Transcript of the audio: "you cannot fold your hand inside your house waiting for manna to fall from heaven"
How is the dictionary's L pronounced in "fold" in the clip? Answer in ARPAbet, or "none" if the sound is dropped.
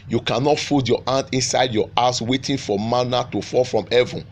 none